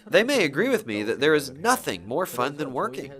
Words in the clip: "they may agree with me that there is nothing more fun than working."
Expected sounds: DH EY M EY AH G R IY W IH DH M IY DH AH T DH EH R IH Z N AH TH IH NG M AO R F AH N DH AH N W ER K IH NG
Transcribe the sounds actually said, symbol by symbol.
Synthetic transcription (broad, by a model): DH EY M EY AH G R IY W IH DH M IY DH AH T DH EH R IH Z N AH TH IH NG M AO R F AH N DH AH N W ER K IH NG